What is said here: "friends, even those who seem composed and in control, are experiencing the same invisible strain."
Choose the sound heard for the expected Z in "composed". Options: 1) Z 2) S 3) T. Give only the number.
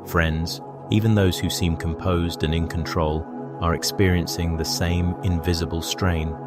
1